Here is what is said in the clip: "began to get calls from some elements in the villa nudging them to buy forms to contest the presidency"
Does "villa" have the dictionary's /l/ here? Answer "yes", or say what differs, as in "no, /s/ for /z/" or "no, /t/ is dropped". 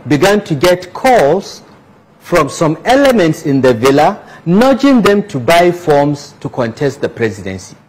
yes